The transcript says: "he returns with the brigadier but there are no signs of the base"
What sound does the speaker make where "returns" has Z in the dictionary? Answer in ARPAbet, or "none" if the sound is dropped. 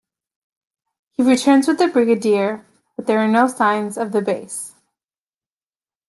Z